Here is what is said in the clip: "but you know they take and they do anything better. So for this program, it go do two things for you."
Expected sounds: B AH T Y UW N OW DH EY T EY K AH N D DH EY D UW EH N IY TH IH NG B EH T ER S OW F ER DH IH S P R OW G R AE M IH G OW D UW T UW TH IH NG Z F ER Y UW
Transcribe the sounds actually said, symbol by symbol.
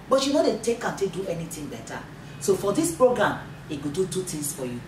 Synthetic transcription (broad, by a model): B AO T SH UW N OW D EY T EY K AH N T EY D UW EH N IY T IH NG B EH T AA S OW F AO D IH S P R OW G R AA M IH G OW D UW T UW T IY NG S F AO Y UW